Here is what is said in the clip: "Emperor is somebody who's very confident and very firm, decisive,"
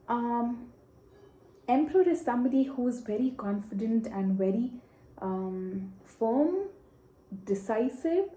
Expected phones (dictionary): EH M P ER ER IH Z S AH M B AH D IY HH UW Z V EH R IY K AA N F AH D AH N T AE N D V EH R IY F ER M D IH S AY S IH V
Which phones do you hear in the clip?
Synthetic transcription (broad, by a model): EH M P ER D IH Z S AH M B AH D IY HH UW Z V EH R IY K AA N F AH D AH N T AE N D V EH R IY F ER M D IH S AY S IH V